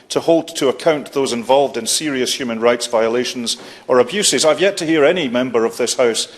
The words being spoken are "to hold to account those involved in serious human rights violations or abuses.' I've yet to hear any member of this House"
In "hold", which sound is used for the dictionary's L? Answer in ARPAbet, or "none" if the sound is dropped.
L